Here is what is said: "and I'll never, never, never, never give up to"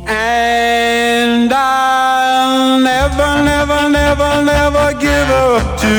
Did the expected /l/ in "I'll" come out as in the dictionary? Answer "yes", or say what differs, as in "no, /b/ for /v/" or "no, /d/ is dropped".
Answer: yes